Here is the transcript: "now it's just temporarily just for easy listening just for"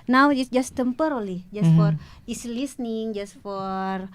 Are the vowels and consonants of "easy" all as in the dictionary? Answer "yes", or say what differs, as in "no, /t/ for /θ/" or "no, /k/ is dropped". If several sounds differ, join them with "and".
no, /s/ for /z/